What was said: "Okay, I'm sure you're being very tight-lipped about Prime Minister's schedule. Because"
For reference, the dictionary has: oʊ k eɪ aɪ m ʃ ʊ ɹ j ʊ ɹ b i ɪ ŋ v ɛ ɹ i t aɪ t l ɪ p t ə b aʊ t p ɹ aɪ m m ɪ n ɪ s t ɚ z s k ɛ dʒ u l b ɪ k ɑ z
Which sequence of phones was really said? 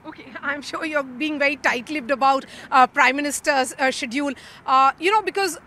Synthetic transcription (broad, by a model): oʊ k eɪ aɪ m ʃ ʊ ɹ j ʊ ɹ b i ɪ ŋ v ɛ ɹ i t aɪ t l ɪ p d ə b aʊ t p ɹ aɪ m m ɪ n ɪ s t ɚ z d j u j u n b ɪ k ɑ z